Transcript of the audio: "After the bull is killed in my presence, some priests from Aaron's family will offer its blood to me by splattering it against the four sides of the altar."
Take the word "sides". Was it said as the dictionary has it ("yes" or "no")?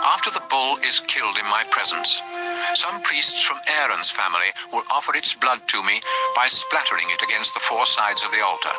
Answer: yes